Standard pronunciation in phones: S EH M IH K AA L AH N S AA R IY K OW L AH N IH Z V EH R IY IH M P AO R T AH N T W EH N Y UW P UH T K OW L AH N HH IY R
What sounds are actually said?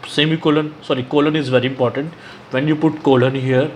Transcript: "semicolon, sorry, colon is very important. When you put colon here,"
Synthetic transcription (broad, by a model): S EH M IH K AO L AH N S AA R IY K OW L AH N IH Z V EH R IY IH M P AO R T AH N T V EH N Y UW P UH T K OW L AH N HH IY R